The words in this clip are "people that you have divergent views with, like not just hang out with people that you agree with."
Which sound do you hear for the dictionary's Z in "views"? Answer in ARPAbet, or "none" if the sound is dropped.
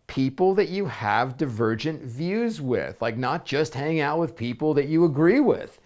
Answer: Z